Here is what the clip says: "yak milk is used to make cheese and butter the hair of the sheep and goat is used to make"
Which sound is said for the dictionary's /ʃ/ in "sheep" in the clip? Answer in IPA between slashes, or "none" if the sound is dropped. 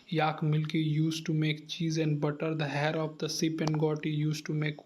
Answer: /s/